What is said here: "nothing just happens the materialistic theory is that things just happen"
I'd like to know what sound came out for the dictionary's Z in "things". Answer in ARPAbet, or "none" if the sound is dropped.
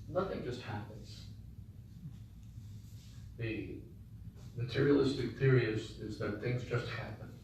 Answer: Z